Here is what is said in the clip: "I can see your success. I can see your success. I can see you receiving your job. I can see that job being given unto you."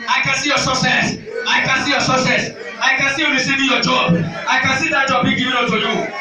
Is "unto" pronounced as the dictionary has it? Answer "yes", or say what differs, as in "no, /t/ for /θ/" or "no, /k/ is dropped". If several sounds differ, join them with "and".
no, /n/ is dropped